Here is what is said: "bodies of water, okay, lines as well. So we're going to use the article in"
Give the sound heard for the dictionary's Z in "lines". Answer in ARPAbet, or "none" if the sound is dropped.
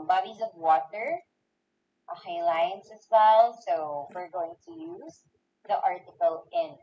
S